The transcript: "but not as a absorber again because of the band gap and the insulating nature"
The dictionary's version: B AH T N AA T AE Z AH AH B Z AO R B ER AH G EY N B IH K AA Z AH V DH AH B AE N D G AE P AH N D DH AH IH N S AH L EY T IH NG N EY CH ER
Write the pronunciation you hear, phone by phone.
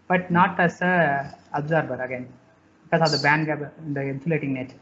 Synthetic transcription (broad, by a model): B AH T N AA T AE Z AH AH B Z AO R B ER AH G EY N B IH K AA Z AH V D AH B AE N D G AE B AH N D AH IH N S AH L EY T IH NG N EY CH